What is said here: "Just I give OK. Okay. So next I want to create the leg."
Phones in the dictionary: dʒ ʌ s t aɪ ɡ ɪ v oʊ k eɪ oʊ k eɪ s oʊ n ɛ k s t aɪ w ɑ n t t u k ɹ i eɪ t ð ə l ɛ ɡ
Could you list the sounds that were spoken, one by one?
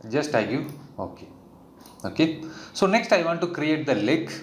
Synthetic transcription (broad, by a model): dʒ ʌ s t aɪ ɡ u oʊ k eɪ oʊ k eɪ s oʊ n ɛ k s t aɪ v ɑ n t t u k ɹ i eɪ t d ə l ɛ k